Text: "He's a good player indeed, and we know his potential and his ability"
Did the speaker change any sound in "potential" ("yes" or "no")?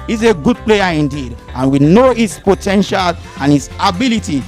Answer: no